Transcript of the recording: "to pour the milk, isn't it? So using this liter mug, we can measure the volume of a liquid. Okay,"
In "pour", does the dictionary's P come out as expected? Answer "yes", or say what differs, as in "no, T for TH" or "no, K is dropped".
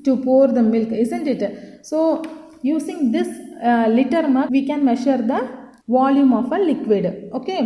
yes